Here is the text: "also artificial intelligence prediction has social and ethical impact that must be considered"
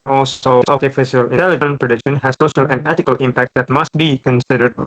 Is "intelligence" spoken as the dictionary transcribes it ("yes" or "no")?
no